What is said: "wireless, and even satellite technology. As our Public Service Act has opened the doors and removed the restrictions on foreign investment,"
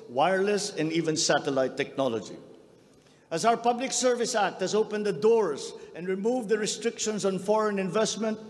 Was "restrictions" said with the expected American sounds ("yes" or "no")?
no